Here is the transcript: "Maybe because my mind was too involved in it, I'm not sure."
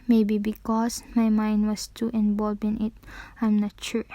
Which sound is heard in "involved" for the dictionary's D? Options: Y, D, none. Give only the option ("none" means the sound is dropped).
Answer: none